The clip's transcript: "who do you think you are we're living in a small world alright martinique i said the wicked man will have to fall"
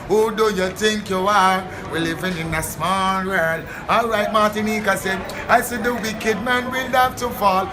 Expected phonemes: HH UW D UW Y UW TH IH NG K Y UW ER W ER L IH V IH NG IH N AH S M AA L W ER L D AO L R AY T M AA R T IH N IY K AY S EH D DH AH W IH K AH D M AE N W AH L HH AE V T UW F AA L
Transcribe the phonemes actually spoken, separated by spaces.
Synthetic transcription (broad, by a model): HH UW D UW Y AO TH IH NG K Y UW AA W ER L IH V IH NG IH N AH S M AA L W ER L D AO L R AY T M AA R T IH N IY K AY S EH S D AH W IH K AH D M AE N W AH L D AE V T UW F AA L